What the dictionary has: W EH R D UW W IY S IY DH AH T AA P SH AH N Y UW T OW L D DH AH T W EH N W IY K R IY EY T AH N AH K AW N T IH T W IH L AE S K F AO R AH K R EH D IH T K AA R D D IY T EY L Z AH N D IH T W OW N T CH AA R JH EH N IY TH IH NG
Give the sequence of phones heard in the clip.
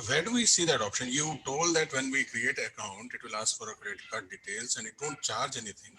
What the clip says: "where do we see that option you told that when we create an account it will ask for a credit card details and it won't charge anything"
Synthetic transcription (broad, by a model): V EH R D UW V IY S IY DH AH T AA P SH AH N Y UW T OW L D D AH T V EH N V IY K R IY EY T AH AH K AW N T IH T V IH L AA S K F AO R AH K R D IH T K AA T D D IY T EY L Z AH N D IH T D OW N T CH AA R JH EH N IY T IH NG